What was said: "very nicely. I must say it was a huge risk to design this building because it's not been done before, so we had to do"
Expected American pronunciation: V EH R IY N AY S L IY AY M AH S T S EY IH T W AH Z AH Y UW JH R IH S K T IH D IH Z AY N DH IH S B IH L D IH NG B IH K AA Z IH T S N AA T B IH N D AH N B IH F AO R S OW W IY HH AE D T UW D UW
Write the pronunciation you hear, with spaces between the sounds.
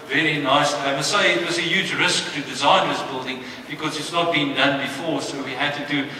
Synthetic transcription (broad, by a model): V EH R IY N AY S IY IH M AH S S EY IH T W AH Z AH Y UW JH R IH S K T IH D IH Z AY N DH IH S B IH L D IH NG B IH K AA Z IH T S N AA T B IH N D AH N B IH F AO R S OW W IY HH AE D T UW D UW